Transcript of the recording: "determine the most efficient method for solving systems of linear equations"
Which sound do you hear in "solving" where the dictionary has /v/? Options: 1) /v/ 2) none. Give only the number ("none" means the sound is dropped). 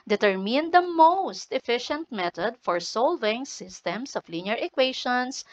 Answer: 1